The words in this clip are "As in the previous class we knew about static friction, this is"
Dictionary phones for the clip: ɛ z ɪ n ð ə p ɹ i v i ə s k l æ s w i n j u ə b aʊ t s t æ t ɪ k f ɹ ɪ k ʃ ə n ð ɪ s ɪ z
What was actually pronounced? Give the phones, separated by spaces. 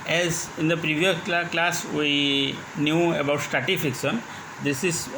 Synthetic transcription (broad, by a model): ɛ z ɪ n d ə p ɹ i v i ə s k l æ s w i n j u ə b aʊ t s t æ t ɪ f ɪ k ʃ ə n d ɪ s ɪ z